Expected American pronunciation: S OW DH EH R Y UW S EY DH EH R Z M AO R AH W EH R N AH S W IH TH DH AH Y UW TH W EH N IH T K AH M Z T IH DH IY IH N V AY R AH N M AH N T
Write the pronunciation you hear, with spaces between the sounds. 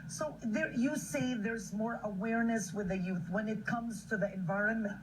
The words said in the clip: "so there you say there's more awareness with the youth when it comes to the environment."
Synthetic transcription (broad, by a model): S OW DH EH R Y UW S EY DH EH R Z M AO R AH W EH R N AH S W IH DH AH Y UW TH W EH N IH T K AH M Z T IH DH IY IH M V AY R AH N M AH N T